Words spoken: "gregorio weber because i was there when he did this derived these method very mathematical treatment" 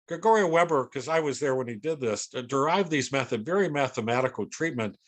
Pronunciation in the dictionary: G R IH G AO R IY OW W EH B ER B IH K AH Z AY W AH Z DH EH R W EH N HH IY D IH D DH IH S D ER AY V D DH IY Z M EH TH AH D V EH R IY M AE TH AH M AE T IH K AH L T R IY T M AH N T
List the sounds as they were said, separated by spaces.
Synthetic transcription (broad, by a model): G R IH G AO R IY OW W EH B ER K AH Z AY W AH Z DH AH R W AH N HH IY D IH D DH IH S D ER AY V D DH IY Z M EH TH AH D V EH R IY M AE TH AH M AE T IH K L T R IY T M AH N T